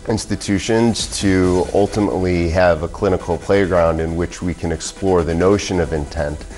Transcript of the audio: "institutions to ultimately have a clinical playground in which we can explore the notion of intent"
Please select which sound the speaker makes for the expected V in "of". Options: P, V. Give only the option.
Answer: V